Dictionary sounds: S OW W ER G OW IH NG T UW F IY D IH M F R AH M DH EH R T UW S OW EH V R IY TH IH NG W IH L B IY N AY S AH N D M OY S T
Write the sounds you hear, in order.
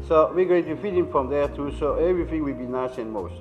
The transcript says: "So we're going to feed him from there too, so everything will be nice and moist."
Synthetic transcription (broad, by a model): S OW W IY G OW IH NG T UW F IY D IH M F R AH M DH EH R T UW S OW EH V R IY TH IH NG W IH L B IY N AY S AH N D M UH S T